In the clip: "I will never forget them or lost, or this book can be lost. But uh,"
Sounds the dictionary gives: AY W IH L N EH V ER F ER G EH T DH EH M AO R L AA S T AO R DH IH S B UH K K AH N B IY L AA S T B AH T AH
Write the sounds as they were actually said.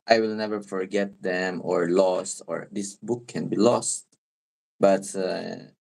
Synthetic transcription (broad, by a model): AY W IH L N EH V ER F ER G EH T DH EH M AO R L AA S T AO R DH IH S B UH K K AH N B IY L AA S T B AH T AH